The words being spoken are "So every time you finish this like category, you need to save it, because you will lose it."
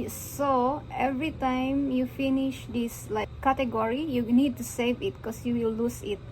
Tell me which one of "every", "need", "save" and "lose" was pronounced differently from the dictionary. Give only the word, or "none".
lose